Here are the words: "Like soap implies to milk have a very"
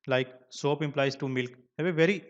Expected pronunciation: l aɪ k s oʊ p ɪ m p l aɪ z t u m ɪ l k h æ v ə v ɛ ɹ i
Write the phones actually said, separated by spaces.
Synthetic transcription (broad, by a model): l aɪ k s oʊ p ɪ m p l aɪ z t u m ɪ l k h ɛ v ə v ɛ ɹ i